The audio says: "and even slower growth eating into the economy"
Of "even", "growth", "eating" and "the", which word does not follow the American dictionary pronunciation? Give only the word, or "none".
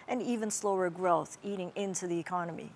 none